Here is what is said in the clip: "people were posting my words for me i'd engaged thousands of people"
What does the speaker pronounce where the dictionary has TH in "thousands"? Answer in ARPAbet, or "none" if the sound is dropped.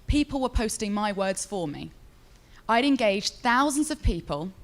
TH